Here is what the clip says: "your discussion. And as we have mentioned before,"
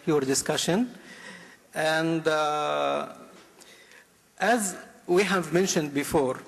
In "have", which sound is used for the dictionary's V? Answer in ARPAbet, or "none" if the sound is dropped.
V